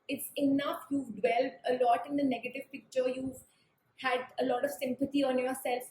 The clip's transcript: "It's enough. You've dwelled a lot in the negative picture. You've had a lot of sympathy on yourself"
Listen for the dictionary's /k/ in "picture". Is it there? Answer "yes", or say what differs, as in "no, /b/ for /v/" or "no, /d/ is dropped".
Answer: yes